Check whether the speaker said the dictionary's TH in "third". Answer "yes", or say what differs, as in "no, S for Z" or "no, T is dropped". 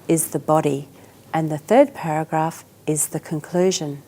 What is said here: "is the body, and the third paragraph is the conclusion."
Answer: yes